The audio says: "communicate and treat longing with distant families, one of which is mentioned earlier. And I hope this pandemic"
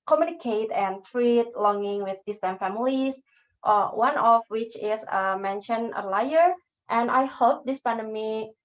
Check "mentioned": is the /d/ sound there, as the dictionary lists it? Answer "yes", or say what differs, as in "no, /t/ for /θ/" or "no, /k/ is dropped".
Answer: no, /d/ is dropped